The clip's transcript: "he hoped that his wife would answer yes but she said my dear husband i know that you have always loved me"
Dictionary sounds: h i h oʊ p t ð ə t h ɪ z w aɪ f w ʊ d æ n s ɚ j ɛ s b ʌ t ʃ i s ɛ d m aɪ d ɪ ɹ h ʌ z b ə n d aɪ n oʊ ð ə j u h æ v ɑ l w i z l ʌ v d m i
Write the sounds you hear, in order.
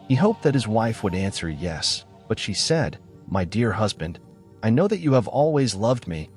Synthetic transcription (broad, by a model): h i h oʊ p ð ə t h ɪ z w aɪ f w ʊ d æ n s ɚ j ɛ s b ʌ t ʃ i s ɛ d m aɪ d ɪ ɹ h ʌ z b ə n d aɪ n oʊ ð ə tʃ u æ v ɑ l w i z l ʌ v d m i